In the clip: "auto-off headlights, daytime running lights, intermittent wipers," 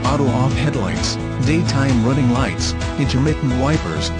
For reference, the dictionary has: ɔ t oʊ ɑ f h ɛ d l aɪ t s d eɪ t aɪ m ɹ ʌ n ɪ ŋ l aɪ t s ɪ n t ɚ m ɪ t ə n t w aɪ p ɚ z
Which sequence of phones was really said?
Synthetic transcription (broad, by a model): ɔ t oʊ ɑ f h ɛ d l aɪ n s d eɪ t aɪ m ɹ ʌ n ɪ ŋ l aɪ t s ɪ n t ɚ m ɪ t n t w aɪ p ɚ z